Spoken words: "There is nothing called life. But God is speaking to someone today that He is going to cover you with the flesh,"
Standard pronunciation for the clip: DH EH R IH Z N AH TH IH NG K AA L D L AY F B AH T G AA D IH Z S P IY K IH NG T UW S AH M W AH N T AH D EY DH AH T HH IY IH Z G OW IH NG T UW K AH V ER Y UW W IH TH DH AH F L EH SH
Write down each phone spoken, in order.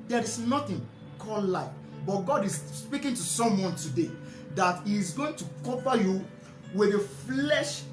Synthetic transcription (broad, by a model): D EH R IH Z N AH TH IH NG K AA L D L AY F B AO T G AA D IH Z S P IY K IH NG T UW S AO M W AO N T AH D EY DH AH T HH IY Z G OW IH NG T UW K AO P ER Y UW W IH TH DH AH F L EH SH